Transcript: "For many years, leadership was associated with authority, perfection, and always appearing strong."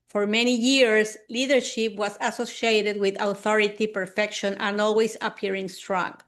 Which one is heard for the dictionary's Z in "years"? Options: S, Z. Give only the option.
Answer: S